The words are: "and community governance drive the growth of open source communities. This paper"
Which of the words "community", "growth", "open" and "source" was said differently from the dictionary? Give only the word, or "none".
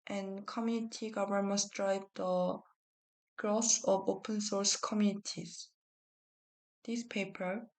growth